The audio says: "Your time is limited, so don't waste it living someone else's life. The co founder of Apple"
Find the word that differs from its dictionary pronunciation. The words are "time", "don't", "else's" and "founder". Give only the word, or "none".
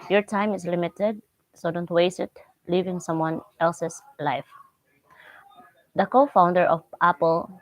else's